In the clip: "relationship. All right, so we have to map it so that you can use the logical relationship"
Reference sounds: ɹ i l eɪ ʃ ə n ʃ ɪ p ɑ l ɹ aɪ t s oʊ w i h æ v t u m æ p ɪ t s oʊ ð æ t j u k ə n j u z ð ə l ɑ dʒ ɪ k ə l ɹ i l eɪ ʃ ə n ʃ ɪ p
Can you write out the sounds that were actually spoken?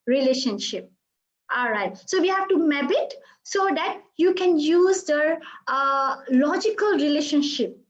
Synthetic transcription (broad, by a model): ɹ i l eɪ ʃ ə n ʃ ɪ p ɑ l ɹ aɪ t s oʊ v i h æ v t u m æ b ɪ t s oʊ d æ t j u k ə n j u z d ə l ɑ dʒ ɪ k ə l ɹ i l eɪ ʃ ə n ʃ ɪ p